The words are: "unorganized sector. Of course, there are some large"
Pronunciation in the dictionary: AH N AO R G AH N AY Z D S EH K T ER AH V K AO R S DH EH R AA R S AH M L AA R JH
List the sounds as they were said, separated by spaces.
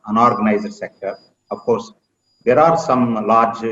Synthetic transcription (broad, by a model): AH N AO R G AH N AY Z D S EH K T ER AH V K AO R S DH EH R AA R S AH M L AA R JH